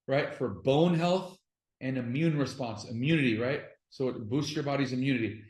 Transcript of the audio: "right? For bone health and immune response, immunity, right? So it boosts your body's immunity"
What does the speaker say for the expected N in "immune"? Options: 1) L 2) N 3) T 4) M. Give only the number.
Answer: 2